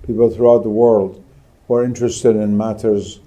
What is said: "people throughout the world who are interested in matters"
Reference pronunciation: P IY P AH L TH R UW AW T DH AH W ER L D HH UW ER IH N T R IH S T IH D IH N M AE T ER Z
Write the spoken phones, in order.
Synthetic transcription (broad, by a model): P IY P L TH R UW AW T DH AH W ER L D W ER IH N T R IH S T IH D IH N M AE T ER Z